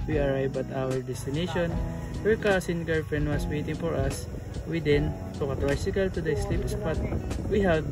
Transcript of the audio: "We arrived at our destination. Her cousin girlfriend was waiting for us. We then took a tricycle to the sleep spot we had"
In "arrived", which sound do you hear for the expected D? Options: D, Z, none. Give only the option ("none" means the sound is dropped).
none